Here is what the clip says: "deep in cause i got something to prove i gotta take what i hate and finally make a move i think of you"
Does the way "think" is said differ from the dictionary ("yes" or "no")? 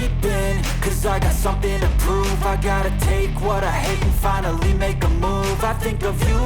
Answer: no